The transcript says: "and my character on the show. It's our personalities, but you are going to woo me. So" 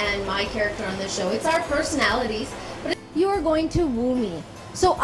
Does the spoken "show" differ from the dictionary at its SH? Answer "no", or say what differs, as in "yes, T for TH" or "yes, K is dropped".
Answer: no